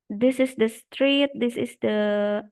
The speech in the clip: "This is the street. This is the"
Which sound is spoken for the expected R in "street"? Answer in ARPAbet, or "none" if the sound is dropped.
R